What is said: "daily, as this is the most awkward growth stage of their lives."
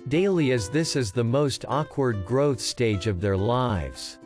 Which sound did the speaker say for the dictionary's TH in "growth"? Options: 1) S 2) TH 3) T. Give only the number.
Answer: 2